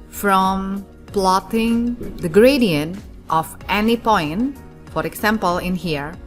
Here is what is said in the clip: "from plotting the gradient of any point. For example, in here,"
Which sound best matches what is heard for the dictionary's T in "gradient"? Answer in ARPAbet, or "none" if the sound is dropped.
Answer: T